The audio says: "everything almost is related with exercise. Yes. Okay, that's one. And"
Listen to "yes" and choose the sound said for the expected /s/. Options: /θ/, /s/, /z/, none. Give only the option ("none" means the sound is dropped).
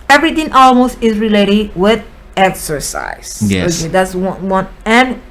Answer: none